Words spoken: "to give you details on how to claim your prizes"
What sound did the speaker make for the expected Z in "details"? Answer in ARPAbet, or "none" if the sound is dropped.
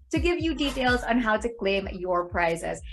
Z